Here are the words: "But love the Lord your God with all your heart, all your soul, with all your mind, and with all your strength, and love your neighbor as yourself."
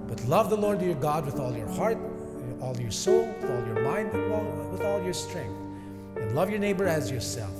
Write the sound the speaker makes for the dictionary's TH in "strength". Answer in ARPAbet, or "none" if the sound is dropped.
TH